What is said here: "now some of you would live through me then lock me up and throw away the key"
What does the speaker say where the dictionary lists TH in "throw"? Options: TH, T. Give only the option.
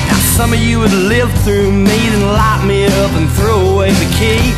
TH